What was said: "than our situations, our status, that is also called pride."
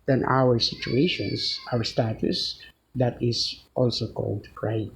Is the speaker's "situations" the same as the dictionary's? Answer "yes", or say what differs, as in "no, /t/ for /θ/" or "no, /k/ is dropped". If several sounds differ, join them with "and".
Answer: no, /s/ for /z/